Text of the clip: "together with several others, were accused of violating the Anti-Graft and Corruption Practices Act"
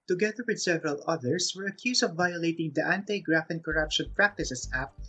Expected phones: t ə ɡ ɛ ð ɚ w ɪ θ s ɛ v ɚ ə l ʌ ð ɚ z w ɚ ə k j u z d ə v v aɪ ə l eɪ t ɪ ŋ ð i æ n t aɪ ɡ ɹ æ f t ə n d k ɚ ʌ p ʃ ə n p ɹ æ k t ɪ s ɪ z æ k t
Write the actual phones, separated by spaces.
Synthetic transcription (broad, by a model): t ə ɡ ɛ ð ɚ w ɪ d s ɛ v ɚ ə l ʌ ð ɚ s w ɚ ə k j u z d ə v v aɪ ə l eɪ t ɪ ŋ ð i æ n t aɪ ɡ ɹ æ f ə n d k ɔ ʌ p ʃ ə n p ɹ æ k t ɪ s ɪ s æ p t